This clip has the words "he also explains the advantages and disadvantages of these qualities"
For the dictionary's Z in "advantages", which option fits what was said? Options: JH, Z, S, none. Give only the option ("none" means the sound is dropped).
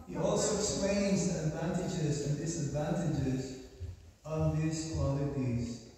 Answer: Z